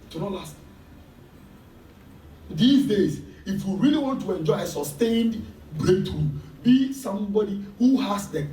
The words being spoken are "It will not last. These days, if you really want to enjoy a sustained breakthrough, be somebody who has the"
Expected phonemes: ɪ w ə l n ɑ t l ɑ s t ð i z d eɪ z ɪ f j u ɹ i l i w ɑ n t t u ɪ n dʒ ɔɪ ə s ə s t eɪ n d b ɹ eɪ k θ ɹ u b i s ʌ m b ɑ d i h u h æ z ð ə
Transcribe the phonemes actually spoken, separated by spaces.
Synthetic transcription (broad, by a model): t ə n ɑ l ɑ s t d i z d eɪ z ɪ f j u ɹ i l i w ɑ n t t u ɪ n dʒ ɔɪ ə s ə s t eɪ n d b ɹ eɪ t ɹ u b i s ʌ m b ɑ d i h u h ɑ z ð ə